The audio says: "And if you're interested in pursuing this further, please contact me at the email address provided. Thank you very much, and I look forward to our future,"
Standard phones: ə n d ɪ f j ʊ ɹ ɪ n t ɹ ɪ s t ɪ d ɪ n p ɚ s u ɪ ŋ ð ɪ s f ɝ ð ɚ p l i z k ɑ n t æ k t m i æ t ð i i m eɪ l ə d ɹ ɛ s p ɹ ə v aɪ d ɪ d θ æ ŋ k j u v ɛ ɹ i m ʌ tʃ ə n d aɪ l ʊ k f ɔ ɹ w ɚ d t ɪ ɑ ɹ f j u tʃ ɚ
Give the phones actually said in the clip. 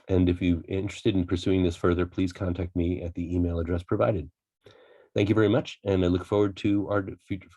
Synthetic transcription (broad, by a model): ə n ɪ f j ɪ ɪ n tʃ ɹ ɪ s t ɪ d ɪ n p ɚ s u ɪ ŋ ð ɪ s f ɝ ð ɚ p l i z k ɑ n t æ k t m i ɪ t ð i i m eɪ l ə d ɹ ɛ s p ɹ ə v aɪ d ɪ d θ æ ŋ k j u v ɛ ɹ i m ʌ tʃ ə n aɪ l ʊ k f ɔ ɹ w ɚ d t ɪ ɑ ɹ f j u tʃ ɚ